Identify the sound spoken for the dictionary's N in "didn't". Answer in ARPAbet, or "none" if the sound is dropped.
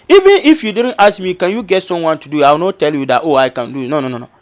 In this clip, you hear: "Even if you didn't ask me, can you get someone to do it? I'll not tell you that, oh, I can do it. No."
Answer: N